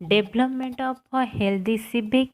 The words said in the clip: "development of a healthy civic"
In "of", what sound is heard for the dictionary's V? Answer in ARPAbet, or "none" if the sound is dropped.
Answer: P